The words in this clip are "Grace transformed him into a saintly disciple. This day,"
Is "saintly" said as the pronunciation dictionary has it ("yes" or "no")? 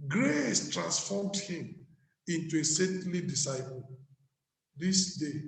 no